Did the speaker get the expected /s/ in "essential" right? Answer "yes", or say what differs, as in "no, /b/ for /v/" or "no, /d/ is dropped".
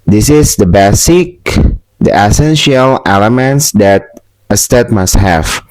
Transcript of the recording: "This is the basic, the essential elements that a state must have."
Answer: yes